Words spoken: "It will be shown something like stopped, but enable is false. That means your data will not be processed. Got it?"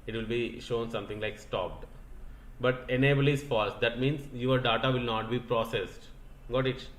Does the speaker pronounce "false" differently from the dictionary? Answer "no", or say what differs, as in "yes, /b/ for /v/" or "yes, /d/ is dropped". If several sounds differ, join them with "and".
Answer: no